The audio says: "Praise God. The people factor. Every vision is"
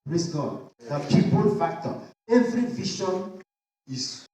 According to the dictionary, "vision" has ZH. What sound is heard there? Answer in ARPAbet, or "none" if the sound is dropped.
SH